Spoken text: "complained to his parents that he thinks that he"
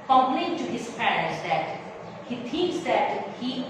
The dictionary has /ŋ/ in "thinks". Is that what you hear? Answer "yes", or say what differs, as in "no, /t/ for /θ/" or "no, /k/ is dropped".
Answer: no, /ŋ/ is dropped